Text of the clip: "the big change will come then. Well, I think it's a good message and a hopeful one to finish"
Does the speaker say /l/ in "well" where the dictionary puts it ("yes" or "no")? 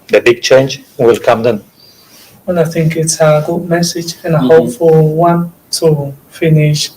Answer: no